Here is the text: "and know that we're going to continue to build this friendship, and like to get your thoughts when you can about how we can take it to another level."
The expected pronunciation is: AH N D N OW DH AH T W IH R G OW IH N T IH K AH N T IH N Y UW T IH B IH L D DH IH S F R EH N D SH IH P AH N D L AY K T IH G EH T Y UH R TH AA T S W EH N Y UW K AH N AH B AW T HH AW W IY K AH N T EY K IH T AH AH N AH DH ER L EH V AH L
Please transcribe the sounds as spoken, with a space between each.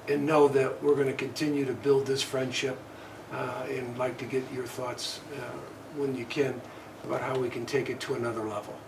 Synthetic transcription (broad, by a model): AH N N OW DH AH T W IH R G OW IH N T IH K AH N T IH N Y UW T IH B IH L D DH IH S F R EH N D SH IH P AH N L AY K T IH G EH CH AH R TH AA T S W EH N Y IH K AH N AH B AW T HH AW W IY K AH N T EY K IH T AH AH N AH DH ER L EH V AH L